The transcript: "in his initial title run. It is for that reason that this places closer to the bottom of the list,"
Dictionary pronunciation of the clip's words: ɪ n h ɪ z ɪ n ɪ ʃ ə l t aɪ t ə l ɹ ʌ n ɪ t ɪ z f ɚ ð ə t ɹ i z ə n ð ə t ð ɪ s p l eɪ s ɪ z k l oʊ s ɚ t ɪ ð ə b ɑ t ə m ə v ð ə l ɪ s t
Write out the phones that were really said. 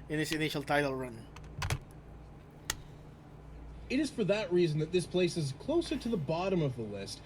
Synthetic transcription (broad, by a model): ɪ n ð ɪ s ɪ n ɪ ʃ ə l t aɪ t l ɹ ʌ n ɪ t ɪ z f ɚ ð ə t ɹ i z n ð ə t ð ɪ s p l eɪ s ɪ z k l oʊ s ɚ t ɪ ð ə b ɑ t ə m ə v ð ə l ɪ s t